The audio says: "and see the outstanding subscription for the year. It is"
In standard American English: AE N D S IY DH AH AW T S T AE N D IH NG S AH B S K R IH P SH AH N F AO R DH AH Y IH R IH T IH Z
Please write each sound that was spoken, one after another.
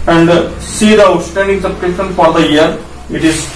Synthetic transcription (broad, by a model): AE N D S IY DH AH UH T S T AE N D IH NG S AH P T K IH SH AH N F AO R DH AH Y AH R IH T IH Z